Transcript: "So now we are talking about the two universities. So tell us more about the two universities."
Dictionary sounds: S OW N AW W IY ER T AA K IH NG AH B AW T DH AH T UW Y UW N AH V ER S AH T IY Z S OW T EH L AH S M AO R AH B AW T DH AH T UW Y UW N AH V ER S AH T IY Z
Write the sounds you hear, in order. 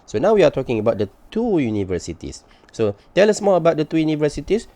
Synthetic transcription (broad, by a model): S OW N AW W IY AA T AA K IH NG AH B AW T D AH T UW Y UW N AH V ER S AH T IY S OW T EH L AH S M AO L AH B AW T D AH T UW Y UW N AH V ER S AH T IY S